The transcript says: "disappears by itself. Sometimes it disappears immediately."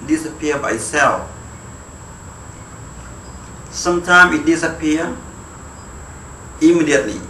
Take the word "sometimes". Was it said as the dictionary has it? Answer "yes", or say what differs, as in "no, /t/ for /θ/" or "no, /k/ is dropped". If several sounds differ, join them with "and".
no, /z/ is dropped